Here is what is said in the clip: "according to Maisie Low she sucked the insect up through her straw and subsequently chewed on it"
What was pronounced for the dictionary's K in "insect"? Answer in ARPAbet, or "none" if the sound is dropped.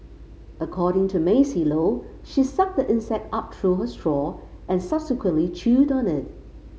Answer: K